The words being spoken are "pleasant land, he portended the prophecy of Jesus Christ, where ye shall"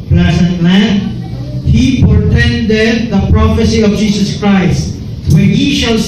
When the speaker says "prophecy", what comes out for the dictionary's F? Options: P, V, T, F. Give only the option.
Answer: F